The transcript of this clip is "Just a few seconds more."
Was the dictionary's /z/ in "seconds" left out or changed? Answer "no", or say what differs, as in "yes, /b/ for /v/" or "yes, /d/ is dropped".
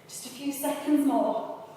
no